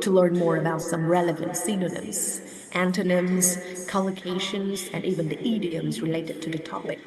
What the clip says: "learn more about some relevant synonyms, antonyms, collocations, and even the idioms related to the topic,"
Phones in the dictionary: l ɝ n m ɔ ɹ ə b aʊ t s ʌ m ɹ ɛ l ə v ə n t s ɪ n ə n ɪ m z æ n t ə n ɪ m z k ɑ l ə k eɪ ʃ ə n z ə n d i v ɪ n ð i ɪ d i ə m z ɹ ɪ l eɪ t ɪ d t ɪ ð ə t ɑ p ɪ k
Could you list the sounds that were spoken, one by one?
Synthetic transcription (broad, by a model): l ɝ n m ɔ ɹ ə b aʊ t s ʌ m ɹ ɛ l ə v ə n t s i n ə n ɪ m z æ n t ə n ɪ m z k ɑ l ə k eɪ ʃ ə n z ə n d i v ɪ n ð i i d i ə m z ɹ ɪ l eɪ t ɪ d t ɪ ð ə t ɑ p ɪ k